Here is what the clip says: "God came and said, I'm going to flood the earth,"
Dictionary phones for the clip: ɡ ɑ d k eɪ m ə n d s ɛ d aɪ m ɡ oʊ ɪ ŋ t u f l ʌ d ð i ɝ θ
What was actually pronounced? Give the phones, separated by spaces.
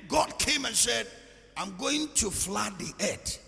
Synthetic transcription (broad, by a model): ɡ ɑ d k eɪ m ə n s ɛ d aɪ m ɡ oʊ ɪ ŋ t u f l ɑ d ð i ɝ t